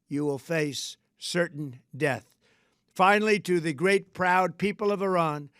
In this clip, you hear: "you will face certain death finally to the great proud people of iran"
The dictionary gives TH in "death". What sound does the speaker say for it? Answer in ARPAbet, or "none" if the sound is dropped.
TH